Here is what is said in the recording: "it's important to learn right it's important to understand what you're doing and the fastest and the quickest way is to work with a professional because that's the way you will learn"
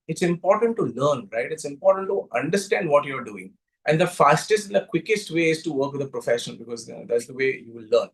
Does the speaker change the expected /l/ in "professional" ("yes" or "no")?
yes